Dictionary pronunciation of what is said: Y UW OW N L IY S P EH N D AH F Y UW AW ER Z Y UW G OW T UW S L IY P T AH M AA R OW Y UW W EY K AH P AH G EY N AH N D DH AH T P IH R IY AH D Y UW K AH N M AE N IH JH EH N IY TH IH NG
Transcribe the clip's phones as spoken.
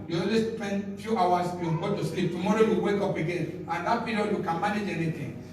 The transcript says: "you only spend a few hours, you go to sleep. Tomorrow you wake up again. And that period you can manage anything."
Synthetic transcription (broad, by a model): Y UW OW L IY S P EH N D F Y UW AW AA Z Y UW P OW T UW S L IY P T AH M AA R OW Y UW W EY K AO P AH G EY N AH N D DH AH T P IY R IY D Y UW K AH N M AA N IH JH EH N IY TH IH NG